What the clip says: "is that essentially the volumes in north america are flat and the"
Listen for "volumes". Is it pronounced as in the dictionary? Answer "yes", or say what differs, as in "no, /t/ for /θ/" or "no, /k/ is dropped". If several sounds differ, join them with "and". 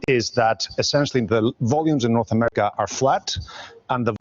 yes